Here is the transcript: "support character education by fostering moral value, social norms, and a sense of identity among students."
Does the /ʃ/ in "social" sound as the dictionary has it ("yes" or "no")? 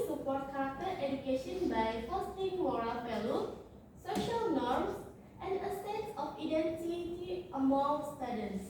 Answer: yes